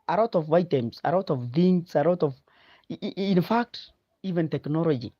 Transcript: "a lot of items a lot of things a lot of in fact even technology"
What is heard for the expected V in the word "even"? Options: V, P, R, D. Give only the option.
V